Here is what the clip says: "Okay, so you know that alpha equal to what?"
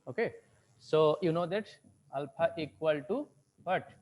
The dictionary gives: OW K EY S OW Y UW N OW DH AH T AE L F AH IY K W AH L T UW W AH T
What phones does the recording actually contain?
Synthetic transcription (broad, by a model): OW K EY S OW Y UW N OW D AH T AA L P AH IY K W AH L T UW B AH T